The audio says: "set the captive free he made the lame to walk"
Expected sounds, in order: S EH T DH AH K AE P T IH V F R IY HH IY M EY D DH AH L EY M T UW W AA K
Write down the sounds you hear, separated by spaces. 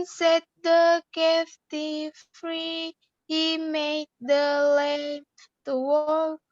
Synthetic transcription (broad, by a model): S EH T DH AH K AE F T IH F R IY HH IY M EY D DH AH L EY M T UW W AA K